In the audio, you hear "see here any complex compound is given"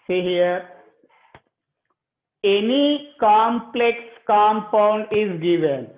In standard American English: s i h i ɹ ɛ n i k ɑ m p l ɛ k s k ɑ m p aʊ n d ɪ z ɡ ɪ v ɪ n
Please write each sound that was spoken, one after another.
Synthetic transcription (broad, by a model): s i h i ɹ ɛ n i k ɑ m p l ɛ k s k ɑ m p aʊ n d ɪ z ɡ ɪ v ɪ n